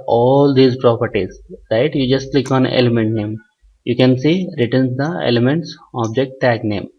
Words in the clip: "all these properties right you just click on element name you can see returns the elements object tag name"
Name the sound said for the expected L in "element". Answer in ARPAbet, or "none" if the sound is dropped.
L